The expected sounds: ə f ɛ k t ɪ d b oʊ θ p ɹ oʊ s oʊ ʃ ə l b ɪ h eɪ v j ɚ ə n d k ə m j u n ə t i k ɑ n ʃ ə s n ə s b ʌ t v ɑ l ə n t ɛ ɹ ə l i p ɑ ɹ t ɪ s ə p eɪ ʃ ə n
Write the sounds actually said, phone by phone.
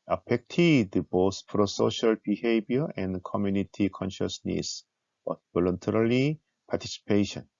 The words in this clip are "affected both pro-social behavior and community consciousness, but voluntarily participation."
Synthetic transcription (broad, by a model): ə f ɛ k t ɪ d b oʊ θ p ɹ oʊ s oʊ ʃ ə l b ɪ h eɪ b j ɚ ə n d k ə m j u n ə t i k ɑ n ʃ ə s n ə s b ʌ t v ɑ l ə n t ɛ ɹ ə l i p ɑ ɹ t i s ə p eɪ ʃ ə n